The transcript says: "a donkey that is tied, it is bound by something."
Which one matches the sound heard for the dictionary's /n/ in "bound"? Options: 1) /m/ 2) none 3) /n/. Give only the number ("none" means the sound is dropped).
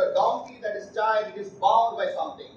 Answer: 2